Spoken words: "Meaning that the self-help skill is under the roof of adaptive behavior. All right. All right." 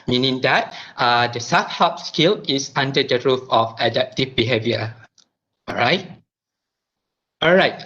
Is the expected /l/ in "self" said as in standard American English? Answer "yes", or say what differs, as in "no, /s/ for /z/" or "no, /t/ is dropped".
no, /l/ is dropped